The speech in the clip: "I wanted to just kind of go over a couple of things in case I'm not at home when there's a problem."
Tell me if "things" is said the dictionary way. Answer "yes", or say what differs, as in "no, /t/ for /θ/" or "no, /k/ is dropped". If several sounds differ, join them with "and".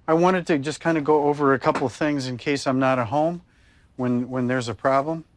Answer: yes